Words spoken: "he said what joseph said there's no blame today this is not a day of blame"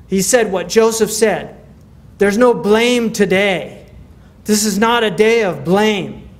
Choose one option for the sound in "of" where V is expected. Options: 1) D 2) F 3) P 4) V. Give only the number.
4